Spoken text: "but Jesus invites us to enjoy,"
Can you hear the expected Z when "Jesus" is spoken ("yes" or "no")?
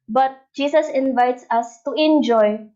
no